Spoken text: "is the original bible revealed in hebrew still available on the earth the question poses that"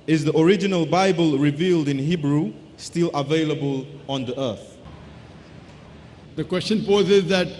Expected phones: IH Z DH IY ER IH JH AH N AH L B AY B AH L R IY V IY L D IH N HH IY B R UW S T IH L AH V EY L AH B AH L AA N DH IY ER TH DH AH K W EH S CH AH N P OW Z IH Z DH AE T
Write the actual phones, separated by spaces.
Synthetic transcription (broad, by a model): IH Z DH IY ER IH JH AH N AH L B AY B AH L R IY V IY L D IH N HH IY B R UW S T IH L AH V EY L AH B AH L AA N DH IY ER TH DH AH K W EH S CH AH N P OW Z IH Z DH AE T